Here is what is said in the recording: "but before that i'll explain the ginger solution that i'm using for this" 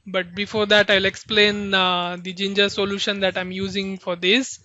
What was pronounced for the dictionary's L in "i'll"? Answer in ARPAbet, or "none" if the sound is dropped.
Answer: L